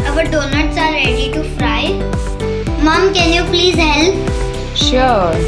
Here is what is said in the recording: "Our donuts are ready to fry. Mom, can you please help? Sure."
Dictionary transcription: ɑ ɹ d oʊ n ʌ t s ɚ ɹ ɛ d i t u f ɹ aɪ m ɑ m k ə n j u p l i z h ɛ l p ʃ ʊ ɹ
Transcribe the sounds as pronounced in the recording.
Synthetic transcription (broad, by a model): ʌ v d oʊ n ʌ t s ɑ ɹ ɛ d i t u f ɹ aɪ m ɑ m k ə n j u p l i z h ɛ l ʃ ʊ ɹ